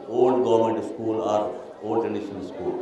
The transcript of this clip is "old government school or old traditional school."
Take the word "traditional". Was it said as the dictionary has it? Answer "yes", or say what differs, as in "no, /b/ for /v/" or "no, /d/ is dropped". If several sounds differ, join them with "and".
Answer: no, /n/ is dropped and /n/ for /l/